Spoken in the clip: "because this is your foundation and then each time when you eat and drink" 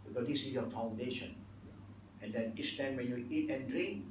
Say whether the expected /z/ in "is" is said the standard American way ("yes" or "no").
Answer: no